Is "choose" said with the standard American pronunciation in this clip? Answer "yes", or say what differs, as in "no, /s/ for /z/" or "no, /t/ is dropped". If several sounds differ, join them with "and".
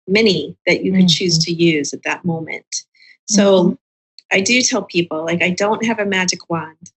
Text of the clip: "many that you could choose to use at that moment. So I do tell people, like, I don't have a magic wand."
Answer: yes